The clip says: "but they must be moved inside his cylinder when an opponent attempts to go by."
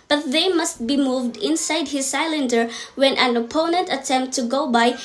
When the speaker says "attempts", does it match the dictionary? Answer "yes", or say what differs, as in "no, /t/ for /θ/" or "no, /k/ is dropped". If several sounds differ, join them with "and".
no, /s/ is dropped